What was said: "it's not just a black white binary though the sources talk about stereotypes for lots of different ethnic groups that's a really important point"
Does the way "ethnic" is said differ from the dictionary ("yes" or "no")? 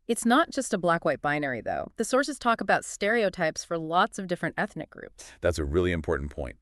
no